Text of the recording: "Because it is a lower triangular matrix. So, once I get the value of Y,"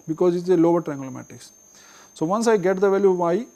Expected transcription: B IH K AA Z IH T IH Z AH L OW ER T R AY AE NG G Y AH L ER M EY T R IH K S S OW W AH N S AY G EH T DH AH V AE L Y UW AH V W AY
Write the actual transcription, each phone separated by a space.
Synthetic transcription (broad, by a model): B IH K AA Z IH T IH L AH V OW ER T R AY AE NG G L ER M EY T IH K S S OW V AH N S AY G EH T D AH V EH L Y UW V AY